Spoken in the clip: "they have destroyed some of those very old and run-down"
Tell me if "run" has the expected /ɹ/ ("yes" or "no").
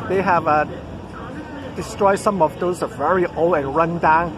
yes